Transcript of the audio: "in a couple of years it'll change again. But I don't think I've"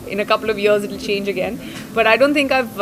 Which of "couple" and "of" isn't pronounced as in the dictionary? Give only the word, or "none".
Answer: none